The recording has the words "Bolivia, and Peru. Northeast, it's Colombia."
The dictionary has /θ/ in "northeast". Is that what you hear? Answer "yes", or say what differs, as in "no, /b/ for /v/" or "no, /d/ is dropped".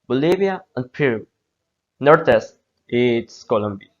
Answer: no, /t/ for /θ/